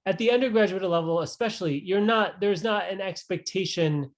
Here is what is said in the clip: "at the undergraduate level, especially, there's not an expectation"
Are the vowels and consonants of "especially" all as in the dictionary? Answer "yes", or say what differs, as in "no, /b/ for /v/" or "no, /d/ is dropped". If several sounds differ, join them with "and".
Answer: no, /n/ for /l/